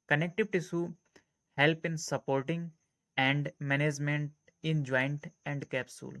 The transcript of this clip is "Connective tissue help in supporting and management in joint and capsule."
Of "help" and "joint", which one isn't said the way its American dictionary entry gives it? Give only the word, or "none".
none